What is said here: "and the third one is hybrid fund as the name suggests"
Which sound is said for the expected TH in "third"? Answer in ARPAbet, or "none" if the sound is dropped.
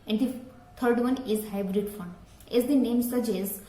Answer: T